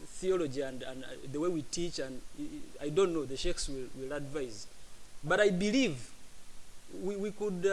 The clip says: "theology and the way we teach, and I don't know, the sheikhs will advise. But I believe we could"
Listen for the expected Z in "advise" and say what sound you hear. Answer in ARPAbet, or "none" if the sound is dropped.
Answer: Z